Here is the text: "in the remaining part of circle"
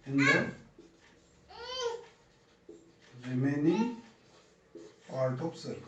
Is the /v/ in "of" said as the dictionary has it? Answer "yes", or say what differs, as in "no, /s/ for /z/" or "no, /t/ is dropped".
no, /p/ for /v/